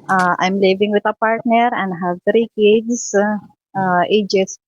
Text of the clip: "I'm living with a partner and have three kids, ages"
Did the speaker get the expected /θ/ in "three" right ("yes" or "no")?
no